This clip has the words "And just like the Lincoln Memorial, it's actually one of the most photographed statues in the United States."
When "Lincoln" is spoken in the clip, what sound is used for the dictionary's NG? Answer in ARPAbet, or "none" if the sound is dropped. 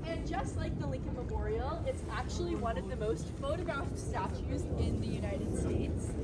NG